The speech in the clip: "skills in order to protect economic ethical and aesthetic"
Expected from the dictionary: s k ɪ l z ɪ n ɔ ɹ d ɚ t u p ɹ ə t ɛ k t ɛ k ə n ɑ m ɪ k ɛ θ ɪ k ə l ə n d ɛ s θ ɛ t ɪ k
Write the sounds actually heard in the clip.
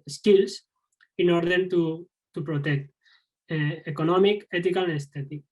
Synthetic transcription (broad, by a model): s k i l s ɪ n ɔ ɹ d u t u p ɹ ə t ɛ k t ɛ k ə n ɑ m ɪ k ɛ t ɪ k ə l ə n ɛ s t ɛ t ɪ k